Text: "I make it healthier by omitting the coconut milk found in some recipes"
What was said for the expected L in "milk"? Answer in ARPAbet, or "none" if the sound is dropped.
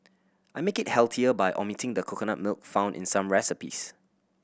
L